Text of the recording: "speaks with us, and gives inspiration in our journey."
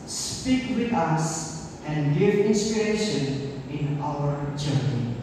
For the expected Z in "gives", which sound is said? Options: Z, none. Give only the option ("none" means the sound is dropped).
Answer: none